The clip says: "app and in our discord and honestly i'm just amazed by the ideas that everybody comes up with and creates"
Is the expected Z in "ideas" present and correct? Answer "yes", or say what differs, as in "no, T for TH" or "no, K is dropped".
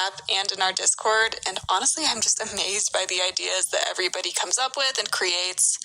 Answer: yes